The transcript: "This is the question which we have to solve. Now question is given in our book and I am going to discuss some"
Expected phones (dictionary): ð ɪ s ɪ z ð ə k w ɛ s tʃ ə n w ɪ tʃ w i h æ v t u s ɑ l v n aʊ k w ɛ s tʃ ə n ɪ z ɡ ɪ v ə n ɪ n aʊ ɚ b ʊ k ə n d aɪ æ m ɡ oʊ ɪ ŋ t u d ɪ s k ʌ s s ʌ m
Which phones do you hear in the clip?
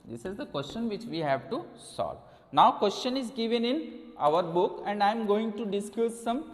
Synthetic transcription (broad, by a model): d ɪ s ɪ z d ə k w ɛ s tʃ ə n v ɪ tʃ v i h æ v t u s ɑ l v n aʊ k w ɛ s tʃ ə n ɪ z ɡ ɪ v ə n ɪ n aʊ ɚ b ʊ k ə n d aɪ m ɡ oʊ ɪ ŋ t u d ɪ s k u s s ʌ m